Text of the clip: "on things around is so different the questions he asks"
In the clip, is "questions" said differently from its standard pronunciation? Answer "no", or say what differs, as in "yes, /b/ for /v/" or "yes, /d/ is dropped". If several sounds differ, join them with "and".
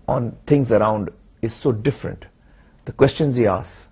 no